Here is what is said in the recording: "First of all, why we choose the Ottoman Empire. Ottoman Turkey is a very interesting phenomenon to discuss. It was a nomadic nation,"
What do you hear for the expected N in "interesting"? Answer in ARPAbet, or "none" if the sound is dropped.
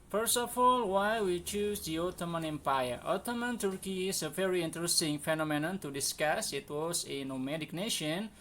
N